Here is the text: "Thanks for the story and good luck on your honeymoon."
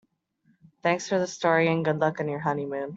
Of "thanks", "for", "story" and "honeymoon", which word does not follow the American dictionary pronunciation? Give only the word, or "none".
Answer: none